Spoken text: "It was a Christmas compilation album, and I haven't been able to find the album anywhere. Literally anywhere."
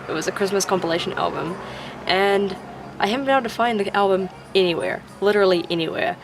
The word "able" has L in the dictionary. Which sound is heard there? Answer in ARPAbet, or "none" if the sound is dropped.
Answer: N